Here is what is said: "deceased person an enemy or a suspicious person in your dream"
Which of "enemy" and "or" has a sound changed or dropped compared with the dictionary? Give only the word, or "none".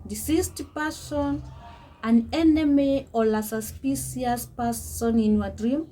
or